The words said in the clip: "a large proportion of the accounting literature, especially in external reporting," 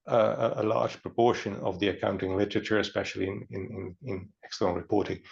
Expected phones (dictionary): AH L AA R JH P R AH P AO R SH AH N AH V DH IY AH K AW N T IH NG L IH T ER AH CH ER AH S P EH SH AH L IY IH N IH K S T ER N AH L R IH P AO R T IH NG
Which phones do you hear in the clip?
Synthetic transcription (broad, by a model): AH L AA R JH P R AH P AO R SH AH N AH V DH IY AH K AW N T IH NG L IH T ER AH CH ER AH S P EH SH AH N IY IH N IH K S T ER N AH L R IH P AO R T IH NG